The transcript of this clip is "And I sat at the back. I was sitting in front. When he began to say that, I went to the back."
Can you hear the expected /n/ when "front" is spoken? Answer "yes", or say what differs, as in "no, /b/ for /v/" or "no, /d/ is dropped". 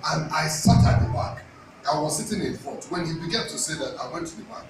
no, /n/ is dropped